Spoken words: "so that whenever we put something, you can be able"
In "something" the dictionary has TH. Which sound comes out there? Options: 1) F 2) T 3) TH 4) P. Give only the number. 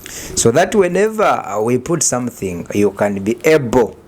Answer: 3